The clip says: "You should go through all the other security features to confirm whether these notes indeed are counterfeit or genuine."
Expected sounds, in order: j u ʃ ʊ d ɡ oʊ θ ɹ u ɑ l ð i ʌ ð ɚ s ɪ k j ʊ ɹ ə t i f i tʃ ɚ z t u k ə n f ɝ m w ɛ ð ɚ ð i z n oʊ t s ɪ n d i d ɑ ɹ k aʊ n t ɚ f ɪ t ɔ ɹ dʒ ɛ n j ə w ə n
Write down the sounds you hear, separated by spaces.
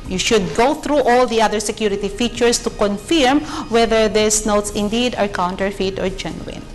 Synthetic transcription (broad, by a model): j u ʃ ʊ d ɡ oʊ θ ɹ u ɑ l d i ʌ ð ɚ s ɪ k j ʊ ɹ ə t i f i tʃ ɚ s t u k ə n f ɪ m w ɛ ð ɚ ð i s n oʊ t s ɪ n d i d ɑ ɹ k aʊ n t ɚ f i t ɔ ɹ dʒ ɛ n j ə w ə n